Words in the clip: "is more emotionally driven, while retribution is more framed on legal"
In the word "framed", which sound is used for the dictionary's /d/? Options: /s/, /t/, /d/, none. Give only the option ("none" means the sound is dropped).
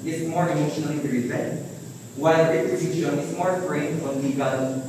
none